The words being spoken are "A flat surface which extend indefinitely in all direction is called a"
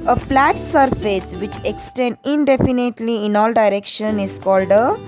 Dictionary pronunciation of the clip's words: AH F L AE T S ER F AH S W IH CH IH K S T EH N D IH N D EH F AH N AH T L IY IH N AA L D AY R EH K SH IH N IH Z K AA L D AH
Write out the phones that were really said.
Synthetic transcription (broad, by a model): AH F L AE T S ER F AH S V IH CH IH K S T EH N D IH N D EH F AH N AH T L IY IH N AA L D AY R EH K SH IH N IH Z K AA L D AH